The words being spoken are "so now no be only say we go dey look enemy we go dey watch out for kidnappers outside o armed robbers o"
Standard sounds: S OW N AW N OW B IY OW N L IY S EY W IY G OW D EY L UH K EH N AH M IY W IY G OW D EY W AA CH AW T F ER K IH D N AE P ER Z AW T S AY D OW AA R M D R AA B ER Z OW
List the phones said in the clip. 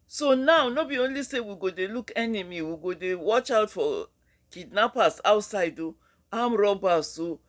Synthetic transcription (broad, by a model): S OW N AW N OW B IY OW N L IY S EY W IY G OW D EY L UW K EH N AH M IY W IY G OW D EY W AA CH AW T F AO K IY D N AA P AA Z AW T S AY D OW AA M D R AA B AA S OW